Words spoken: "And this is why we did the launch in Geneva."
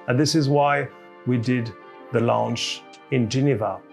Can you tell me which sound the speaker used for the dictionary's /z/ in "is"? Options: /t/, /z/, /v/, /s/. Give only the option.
/z/